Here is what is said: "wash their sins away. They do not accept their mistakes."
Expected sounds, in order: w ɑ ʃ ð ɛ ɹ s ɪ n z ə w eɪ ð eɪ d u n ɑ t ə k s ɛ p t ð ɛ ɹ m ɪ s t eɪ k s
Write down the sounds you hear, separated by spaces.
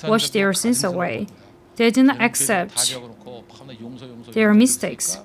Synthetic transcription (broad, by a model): w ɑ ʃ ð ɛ ɹ s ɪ n s ə w eɪ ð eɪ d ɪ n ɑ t ə k s ɛ p t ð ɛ ɹ m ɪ s t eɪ k s